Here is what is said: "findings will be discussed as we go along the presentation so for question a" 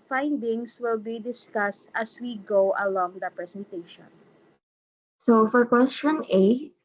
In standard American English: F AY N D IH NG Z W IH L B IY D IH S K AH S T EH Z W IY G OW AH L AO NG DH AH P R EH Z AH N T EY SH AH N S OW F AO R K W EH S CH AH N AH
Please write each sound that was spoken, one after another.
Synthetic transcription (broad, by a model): F AY N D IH NG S W IH L B IY D IH S K AH S T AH S W IY G OW AH L AO NG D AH P R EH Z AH N T EY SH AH N S OW F AO R K W EH S CH AH N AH